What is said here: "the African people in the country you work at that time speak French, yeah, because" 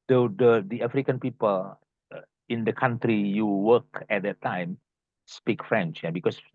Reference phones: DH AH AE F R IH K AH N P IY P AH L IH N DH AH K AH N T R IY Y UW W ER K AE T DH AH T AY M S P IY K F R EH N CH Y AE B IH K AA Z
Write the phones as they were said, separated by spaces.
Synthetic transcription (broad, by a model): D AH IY F R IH K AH N P IY P AH L IH N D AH K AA N T R IY Y UW W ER K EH T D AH T AY M S P IY K F R EH N CH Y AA B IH K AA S